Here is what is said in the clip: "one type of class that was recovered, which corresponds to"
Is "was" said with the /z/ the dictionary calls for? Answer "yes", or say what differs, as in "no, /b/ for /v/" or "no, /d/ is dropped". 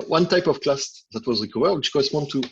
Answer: yes